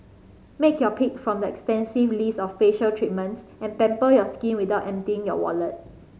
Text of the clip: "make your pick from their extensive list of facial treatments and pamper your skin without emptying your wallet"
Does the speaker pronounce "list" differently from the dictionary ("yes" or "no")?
yes